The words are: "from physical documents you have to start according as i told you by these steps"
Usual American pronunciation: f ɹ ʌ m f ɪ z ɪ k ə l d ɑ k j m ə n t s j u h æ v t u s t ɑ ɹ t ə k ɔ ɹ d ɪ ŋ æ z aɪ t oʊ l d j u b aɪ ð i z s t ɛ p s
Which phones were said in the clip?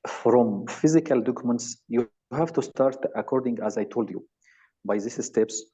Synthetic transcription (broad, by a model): f ɹ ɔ m f ɪ z ɪ k ə l d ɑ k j m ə n t s j u h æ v t u s t ɑ ɹ t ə k ɔ ɹ d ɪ ŋ æ z aɪ t oʊ l d j u b aɪ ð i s s t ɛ p s